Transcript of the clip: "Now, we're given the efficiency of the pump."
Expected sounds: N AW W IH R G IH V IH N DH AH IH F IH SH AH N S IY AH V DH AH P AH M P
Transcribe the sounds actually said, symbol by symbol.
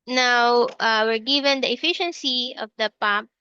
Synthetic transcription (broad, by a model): N AW W IH R G IH V IH N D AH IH F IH SH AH N S IY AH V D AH P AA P